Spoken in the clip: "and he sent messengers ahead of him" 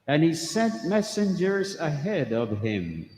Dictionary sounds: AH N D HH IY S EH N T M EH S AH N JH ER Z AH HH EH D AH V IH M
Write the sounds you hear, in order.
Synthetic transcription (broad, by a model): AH N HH IY S EH N T M EH S AH N JH ER Z AH HH EH D AH V IH M